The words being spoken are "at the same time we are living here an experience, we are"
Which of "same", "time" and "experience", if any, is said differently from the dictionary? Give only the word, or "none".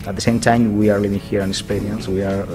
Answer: experience